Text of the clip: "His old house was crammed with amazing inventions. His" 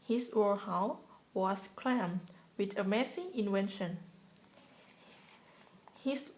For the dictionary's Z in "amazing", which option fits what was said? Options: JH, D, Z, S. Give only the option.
S